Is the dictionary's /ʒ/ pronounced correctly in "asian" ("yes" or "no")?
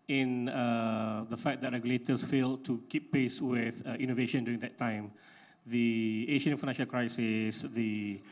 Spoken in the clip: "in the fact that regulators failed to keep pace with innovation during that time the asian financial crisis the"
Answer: no